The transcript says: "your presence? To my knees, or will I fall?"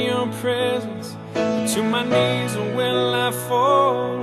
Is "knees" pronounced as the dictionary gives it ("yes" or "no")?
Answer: yes